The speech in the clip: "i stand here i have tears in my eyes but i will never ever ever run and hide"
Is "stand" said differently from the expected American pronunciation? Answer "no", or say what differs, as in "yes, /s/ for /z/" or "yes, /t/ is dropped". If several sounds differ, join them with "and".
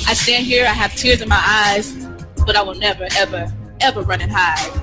no